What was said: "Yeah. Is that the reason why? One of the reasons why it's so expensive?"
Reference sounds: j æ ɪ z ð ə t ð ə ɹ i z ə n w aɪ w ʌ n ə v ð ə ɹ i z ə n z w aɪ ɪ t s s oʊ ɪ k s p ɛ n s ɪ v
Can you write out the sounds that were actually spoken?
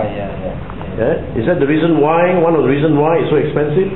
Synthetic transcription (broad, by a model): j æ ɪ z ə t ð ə ɹ i z ə n w aɪ w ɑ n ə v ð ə ɹ i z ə n w aɪ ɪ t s s oʊ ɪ k s p ɛ n s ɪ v